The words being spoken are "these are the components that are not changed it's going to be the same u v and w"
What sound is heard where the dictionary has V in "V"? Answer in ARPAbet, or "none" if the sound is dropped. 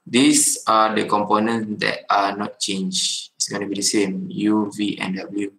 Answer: V